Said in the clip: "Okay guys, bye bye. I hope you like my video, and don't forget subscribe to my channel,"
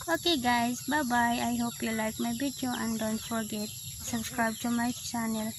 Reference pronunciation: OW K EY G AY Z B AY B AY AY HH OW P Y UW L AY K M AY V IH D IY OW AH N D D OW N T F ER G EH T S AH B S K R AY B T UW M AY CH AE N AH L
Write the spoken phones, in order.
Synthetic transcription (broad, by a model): OW K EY G AY Z B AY B AY AY HH OW P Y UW L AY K M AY B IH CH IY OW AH N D D OW N T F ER G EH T S AH B S K R AY B T UW M AY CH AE N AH L